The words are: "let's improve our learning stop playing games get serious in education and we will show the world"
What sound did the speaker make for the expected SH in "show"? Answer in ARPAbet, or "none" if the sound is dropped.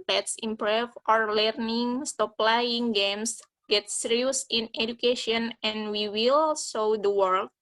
S